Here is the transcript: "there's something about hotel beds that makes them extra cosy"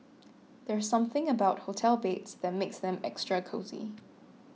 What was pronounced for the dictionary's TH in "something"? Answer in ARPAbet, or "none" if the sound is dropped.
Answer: TH